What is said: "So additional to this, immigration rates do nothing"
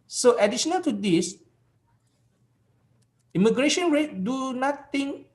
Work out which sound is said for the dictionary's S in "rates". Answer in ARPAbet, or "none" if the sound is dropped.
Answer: none